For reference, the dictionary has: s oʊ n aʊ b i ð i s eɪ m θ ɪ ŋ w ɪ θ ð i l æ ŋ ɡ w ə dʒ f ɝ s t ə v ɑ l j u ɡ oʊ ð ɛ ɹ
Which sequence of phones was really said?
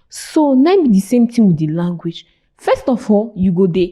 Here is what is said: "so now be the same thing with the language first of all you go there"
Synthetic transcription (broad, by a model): s oʊ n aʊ b i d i s eɪ m t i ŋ w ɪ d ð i l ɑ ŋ ɡ w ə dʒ f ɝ s t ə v ɑ l j u ɡ oʊ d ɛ